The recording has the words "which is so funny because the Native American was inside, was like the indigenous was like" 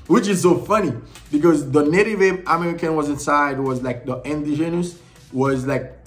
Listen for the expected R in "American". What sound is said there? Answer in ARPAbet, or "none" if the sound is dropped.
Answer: R